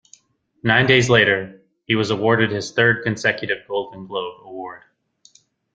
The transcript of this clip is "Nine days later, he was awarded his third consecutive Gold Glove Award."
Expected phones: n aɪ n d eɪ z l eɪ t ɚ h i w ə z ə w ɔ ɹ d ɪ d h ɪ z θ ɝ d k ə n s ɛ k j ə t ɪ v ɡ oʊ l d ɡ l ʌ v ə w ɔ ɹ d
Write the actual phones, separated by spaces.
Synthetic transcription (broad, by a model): n aɪ n d eɪ z l eɪ t ɚ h i w ə z ə w ɔ ɹ d ɪ d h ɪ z θ ɝ d k ə n s ɛ k j ə t ɪ v ɡ oʊ l d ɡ l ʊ b ə w ɔ ɹ d